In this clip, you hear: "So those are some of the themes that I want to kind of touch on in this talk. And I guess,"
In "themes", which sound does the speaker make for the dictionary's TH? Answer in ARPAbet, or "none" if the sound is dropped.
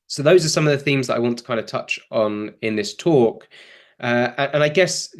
TH